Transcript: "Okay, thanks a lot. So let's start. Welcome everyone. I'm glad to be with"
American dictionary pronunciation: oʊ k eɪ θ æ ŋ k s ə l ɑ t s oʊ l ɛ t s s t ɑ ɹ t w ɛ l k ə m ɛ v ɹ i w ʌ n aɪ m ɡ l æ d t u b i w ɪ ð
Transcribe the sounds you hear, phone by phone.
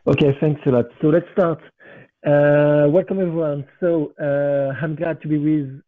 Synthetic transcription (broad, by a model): oʊ k eɪ θ æ ŋ k s ə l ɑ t s oʊ l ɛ t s s t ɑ ɹ t w ɛ l k ə m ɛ v ɹ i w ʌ n aɪ m ɡ l æ d t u b i w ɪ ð